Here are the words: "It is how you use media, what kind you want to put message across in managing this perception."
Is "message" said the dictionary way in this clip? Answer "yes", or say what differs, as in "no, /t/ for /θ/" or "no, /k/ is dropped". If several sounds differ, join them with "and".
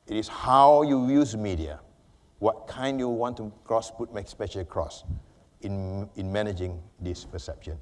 no, /ʃ/ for /dʒ/